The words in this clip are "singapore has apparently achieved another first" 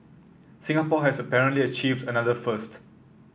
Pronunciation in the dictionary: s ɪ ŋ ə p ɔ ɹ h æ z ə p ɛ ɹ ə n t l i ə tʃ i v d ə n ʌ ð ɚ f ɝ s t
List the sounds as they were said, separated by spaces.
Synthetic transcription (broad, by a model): s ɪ ŋ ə p ɔ h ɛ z ə p ɛ ɹ ə n t l i ə tʃ i v d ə n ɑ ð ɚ f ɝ s t